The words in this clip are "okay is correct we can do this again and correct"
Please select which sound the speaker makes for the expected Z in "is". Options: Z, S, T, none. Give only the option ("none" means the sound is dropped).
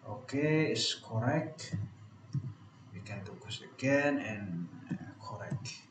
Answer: S